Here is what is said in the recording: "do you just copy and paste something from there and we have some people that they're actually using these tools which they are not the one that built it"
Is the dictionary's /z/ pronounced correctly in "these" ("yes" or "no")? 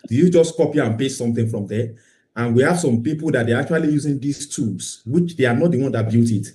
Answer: no